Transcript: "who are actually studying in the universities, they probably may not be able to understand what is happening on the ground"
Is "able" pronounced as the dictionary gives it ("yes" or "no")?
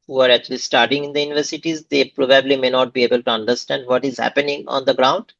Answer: yes